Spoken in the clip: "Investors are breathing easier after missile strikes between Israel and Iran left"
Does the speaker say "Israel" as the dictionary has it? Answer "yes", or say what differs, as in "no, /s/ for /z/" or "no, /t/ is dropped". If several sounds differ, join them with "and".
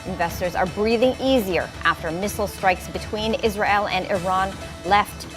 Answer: yes